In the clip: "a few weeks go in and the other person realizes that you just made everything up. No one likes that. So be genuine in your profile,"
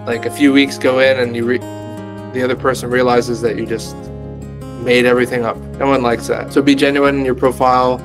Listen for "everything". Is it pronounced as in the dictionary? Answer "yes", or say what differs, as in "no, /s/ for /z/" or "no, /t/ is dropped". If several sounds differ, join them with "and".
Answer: yes